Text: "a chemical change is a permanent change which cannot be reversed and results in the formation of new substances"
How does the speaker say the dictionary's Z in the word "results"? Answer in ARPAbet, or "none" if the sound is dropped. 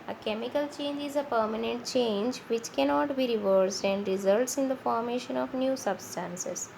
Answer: Z